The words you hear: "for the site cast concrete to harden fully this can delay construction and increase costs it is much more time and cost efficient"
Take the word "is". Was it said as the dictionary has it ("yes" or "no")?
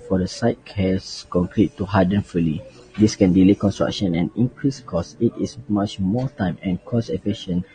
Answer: no